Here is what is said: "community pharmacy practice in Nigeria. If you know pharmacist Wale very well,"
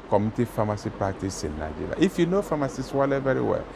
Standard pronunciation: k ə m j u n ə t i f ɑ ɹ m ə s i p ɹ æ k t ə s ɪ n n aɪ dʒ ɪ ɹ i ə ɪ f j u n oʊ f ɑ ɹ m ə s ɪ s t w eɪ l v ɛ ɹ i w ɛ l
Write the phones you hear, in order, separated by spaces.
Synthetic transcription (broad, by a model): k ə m t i f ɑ m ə s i p ɑ t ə s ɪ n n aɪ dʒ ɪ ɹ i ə ɪ f j u n oʊ f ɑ m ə s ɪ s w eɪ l v ɛ ɹ i w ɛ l